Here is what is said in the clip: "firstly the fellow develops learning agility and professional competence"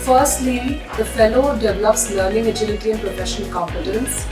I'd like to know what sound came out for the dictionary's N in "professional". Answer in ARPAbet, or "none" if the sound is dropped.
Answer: none